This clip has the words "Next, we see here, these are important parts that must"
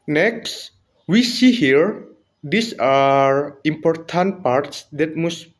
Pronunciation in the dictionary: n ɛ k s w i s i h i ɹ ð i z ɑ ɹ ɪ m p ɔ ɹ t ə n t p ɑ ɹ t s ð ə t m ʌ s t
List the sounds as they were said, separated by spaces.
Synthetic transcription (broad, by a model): n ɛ k s w i s i h i ɹ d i s ɑ ɹ ɪ m p ɔ ɹ t ə n t p ɑ ɹ t s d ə t m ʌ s